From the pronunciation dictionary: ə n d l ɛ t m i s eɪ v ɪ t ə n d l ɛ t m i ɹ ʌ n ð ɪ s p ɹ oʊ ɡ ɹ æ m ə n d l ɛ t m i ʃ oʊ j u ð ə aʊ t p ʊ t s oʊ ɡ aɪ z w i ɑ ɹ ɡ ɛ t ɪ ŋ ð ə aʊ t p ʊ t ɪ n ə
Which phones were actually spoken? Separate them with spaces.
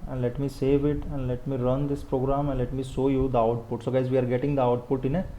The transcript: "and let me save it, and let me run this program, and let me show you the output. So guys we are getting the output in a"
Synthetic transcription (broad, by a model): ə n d l ɛ t m i s eɪ v ɪ t ə n d l ɛ t m i ɹ ʌ n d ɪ s p ɹ oʊ ɡ ɹ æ m ə n d l ɛ t m i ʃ oʊ j u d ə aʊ t p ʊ t s oʊ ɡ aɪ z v i ɑ ɹ ɡ ɛ t ɪ ŋ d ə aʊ t p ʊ t ɪ n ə